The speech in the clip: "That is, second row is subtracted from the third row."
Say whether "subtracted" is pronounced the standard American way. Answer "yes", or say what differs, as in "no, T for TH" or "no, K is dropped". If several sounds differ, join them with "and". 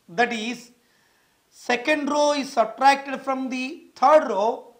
no, B is dropped